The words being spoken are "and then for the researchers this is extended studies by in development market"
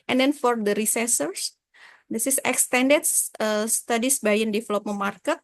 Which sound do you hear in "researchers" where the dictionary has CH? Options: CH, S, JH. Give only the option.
S